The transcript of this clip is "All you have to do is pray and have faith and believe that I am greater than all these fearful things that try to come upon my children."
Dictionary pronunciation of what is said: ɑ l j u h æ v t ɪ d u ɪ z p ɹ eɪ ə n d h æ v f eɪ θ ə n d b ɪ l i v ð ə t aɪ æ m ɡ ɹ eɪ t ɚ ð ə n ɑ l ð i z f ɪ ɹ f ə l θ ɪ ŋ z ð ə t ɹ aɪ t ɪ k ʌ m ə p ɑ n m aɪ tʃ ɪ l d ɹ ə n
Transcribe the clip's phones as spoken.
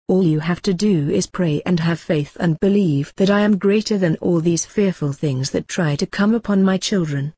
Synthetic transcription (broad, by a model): ɑ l j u h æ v t ɪ d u ɪ z p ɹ eɪ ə n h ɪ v f eɪ θ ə n b ɪ l i v ð ə t aɪ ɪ m ɡ ɹ eɪ t ɚ ð ə n ɑ l ð i z f ɪ ɹ f ə l θ ɪ ŋ z ð ə t ɹ aɪ t ɪ k ʌ m ə p ɑ n m aɪ tʃ ɪ l d ɹ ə n